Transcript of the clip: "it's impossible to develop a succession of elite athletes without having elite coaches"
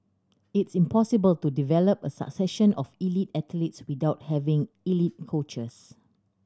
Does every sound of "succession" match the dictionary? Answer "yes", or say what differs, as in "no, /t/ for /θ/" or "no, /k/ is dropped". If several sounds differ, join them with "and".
yes